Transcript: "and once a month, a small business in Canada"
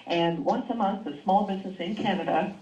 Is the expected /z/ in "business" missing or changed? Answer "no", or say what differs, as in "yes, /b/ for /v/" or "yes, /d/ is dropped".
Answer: no